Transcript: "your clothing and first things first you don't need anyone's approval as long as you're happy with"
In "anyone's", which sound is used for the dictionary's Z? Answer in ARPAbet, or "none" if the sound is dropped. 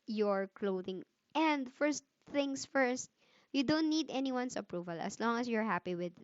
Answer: S